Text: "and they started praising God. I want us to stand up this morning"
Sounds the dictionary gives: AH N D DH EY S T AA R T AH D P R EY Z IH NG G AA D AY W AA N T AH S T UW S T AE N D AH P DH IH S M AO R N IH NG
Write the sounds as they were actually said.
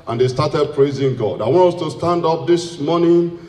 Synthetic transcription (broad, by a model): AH N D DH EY S T AA T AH D P R EY Z IH NG G AA D AY W AA N T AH S T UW S T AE N D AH P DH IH S M AO N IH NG